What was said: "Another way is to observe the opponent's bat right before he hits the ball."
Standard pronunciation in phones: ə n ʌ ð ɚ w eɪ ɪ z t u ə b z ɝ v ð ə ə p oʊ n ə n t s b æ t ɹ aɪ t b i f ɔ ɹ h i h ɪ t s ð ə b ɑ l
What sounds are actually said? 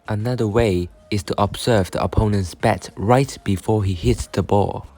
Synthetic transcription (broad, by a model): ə n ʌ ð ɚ w eɪ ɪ s t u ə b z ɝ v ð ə ə p oʊ n ə n t s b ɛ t ɹ aɪ t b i f ɔ h i h ɪ t s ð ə b ɑ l